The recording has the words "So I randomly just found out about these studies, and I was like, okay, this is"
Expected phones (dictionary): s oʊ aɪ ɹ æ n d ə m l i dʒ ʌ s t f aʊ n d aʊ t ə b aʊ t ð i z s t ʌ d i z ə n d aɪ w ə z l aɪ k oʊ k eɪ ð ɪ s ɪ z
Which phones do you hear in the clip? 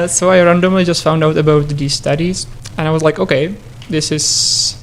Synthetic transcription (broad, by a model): s oʊ aɪ ɹ æ n d ə m l i dʒ ʌ s t f aʊ n d aʊ t ə b aʊ t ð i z s t ʌ d i z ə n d aɪ w ə z l aɪ k oʊ k eɪ ð ɪ s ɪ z